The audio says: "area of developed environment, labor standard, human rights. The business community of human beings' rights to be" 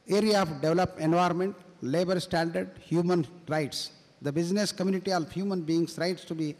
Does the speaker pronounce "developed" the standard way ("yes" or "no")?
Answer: no